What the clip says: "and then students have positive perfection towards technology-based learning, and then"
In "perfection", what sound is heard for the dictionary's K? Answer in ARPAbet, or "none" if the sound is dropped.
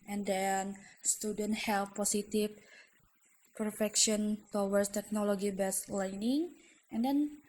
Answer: K